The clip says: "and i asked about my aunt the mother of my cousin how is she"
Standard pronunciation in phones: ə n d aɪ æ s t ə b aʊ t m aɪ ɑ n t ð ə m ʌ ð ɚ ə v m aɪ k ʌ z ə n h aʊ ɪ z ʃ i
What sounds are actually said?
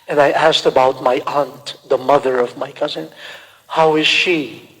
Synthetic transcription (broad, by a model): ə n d aɪ æ s t ə b aʊ t m aɪ ɑ n t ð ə m ʌ ð ɚ ə v m aɪ k ʌ z ə n h aʊ ɪ z ʃ i